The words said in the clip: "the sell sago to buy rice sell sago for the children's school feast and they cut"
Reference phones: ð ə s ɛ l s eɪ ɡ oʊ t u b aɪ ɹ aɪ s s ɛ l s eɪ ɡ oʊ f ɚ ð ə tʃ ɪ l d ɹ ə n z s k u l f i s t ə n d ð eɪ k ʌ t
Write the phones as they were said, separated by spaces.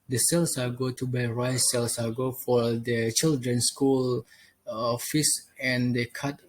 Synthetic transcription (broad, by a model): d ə s ɛ l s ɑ ɡ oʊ t u b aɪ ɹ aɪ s s ɛ l s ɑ ɡ oʊ f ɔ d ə tʃ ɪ l d ɹ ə n s k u l f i s ə n d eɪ k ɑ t